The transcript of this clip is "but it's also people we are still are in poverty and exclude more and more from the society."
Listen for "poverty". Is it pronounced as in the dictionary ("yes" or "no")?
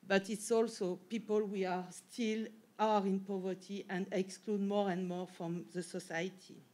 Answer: yes